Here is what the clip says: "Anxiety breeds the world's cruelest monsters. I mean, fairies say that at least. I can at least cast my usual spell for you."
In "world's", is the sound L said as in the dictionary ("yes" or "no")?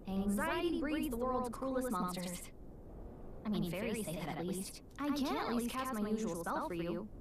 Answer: yes